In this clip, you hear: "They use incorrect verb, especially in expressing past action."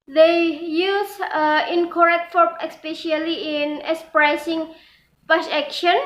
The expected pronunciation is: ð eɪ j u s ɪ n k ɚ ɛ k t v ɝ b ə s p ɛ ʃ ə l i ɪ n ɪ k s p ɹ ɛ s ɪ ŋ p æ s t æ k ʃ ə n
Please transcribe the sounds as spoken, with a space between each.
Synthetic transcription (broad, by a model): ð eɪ j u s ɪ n k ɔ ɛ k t f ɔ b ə s p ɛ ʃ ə l i ɪ n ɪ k s p ɹ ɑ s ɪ ŋ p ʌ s ɛ k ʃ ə n